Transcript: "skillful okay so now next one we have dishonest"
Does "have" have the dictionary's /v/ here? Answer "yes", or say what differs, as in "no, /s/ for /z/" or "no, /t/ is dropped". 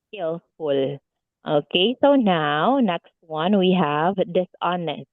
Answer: yes